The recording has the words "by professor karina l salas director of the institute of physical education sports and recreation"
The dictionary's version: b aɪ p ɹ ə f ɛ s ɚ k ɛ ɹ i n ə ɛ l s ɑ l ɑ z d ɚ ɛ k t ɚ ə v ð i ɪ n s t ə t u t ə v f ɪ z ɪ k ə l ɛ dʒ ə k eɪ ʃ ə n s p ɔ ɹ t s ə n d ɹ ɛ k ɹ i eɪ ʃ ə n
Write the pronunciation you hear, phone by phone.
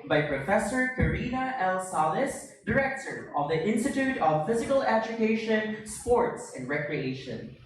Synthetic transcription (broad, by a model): b aɪ p ɹ ə f ɛ s ɚ k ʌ ɹ i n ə ɛ l s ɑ l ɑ s d ɚ ɛ k t ɚ ə v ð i ɪ n s t ə t u t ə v f ɪ z ɪ k ə l ɛ dʒ ə k eɪ ʃ ə n s p ɔ ɹ t s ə n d ɹ ɛ k ɹ i eɪ ʃ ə n